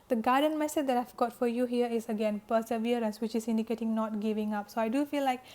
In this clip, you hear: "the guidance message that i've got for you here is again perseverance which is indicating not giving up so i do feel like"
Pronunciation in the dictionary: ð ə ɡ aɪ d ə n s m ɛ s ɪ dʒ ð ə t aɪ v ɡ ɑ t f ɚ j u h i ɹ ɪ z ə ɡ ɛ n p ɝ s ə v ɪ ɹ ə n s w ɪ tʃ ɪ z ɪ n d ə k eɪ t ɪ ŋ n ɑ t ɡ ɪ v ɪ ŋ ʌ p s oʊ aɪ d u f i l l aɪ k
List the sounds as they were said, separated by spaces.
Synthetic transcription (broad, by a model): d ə ɡ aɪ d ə n m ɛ s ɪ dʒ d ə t aɪ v ɡ ɑ t f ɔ j u h i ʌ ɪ s ə ɡ ɛ n p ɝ s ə v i ɹ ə n s w ɪ tʃ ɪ s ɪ n d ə k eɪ t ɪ ŋ n ɑ t ɡ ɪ v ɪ ŋ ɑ p s oʊ aɪ d u f i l l aɪ k